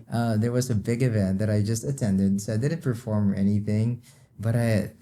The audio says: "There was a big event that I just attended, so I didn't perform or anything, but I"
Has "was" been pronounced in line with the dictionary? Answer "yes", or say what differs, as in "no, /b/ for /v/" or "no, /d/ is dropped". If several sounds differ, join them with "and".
yes